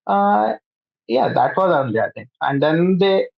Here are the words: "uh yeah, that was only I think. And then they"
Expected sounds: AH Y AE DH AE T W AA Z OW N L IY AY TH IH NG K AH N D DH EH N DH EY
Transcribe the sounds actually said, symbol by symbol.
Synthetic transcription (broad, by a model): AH Y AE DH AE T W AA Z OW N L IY AY T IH NG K AH N D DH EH N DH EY